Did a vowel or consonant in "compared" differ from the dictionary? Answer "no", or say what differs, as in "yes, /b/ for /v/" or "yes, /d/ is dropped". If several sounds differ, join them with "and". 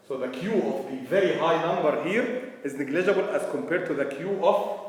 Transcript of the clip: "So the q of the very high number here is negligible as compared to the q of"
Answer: no